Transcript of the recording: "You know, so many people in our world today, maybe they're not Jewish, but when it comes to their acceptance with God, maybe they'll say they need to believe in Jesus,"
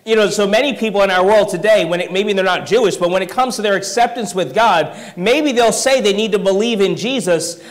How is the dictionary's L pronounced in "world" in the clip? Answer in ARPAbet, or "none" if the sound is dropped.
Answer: L